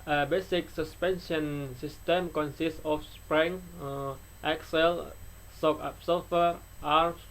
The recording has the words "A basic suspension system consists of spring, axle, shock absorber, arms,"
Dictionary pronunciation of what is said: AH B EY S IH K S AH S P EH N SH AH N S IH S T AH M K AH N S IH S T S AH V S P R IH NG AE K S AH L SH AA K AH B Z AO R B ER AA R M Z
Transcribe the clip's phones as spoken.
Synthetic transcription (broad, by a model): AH B EY S IH K S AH S P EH N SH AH N S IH S T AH M K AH N S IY S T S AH F S P R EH NG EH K S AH L S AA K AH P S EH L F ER AA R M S